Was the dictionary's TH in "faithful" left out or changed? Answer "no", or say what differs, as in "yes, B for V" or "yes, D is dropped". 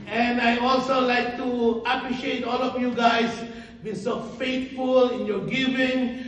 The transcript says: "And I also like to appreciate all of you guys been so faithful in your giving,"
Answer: yes, T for TH